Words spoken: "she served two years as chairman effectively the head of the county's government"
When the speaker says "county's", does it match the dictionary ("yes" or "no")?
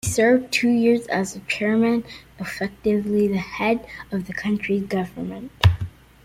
no